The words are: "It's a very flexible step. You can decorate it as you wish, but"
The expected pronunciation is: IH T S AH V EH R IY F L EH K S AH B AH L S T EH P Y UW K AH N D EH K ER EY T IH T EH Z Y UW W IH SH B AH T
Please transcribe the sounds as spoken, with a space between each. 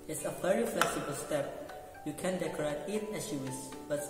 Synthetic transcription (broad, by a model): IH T S AH V EH R IY F L EH K S AH B AH L S T EH P Y UW K AH N D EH K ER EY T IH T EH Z Y UW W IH S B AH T